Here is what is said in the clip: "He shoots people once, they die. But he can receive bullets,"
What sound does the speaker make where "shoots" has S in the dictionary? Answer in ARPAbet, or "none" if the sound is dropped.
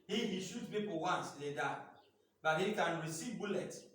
none